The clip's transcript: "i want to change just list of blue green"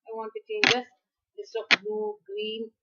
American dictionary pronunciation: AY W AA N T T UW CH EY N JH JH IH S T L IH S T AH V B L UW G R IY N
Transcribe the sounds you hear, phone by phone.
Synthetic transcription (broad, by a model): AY W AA N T T UW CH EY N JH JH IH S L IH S AH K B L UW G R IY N